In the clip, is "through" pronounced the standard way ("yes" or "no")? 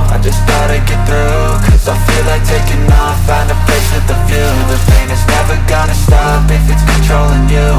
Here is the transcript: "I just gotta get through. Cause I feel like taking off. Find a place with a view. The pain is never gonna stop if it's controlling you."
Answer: yes